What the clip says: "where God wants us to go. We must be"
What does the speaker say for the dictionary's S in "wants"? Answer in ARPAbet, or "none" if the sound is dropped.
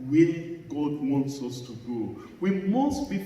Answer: S